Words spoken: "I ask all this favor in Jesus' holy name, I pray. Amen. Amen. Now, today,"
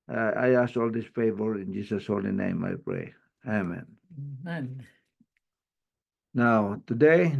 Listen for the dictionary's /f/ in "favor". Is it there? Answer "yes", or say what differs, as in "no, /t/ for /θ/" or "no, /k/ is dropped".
yes